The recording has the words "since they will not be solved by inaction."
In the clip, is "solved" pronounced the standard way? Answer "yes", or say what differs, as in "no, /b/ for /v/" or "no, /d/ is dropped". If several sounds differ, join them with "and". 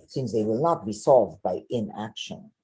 yes